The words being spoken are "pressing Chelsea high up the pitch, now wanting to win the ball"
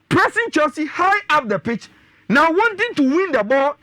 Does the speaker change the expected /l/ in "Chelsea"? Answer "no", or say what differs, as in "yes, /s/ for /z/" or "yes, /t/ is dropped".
yes, /l/ is dropped